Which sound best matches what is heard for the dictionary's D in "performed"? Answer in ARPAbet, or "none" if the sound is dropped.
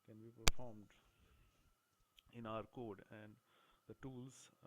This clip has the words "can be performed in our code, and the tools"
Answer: D